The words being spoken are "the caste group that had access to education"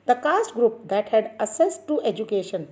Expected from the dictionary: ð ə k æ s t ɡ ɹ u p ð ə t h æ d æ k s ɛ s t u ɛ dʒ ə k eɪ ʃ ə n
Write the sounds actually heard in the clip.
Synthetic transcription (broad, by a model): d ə k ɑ s t ɡ ɹ u p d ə t h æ d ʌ s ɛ s t u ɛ dʒ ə k eɪ ʃ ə n